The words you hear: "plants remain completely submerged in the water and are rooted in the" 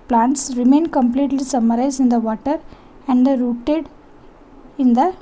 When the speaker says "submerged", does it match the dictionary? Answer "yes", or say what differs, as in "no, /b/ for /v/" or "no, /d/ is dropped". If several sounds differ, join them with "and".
no, /b/ is dropped and /z/ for /dʒ/